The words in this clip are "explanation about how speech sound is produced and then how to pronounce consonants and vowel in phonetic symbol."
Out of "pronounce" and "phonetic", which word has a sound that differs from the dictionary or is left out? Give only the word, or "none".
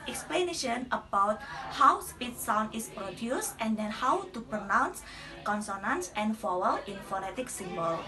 none